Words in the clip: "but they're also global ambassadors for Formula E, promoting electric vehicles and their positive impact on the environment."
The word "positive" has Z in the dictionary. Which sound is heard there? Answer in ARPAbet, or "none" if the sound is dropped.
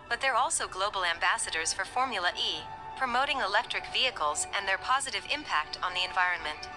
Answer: Z